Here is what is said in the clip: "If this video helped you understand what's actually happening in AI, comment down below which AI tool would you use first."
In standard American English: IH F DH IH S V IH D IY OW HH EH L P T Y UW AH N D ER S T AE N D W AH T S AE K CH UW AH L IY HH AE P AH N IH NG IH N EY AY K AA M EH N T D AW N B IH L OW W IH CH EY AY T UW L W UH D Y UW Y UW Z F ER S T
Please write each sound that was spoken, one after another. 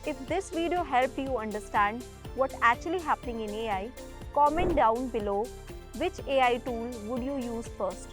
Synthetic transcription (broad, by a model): IH F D IH S V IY D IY OW HH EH L P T Y UW AH N D ER S T AE N D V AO T AE K CH UW AH L IY HH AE P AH N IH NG IH N EY AY K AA M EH N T D AW N B IH L OW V IH CH EY AY T UW L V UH D Y UW Y UW Z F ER S T